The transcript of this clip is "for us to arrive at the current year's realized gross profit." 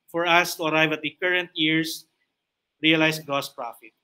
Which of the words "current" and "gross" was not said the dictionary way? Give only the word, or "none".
gross